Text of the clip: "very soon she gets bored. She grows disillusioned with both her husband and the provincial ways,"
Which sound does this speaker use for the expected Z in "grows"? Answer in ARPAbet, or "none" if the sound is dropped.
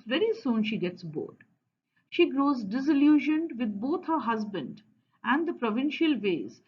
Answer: Z